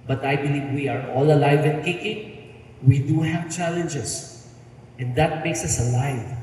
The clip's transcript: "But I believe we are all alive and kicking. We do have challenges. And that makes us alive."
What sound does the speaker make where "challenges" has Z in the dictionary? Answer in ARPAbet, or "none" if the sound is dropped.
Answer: S